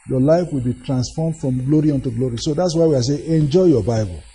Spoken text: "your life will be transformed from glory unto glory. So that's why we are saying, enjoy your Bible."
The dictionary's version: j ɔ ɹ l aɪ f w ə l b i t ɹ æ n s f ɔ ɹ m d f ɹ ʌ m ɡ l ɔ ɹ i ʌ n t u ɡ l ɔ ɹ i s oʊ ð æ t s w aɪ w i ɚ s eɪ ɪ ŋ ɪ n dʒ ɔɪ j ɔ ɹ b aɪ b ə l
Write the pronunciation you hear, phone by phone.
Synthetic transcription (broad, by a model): j ɔ l aɪ f w ə l b i t ɹ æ n s f ɔ m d f ɹ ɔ m ɡ l ɔ ɹ i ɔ n t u ɡ l ɔ ɹ i s oʊ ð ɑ t s w aɪ w i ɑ s eɪ ɪ n dʒ ɔɪ j ɔ b aɪ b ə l